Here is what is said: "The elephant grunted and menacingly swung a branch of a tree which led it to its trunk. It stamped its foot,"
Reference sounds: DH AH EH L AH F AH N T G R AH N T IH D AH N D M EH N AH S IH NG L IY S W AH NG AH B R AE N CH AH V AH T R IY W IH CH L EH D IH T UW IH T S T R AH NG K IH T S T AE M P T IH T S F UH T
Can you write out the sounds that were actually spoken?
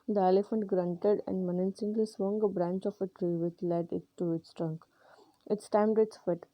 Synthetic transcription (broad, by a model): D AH EH L AH F AH N T G R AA N T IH D AH N D M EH N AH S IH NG L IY S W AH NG AH B R AE N CH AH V AH T R IY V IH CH L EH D IH T UW IH T S T R AH NG K IH T S T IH M T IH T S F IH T